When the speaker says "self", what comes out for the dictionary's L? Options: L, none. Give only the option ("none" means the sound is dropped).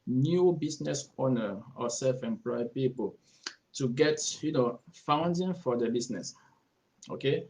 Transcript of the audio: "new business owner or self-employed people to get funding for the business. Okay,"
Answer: L